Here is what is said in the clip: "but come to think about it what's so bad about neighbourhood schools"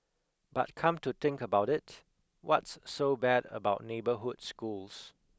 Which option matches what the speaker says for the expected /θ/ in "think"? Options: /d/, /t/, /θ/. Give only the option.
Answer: /t/